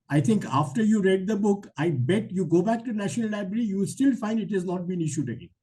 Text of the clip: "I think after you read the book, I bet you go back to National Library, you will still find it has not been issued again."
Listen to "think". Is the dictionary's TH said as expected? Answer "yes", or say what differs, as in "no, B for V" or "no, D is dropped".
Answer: no, T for TH